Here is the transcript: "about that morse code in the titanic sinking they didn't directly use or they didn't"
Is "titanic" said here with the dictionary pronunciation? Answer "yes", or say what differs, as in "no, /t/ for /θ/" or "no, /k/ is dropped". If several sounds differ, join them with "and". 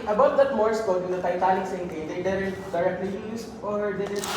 no, /l/ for /n/